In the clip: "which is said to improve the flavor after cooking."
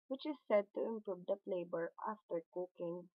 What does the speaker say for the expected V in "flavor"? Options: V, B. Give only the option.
B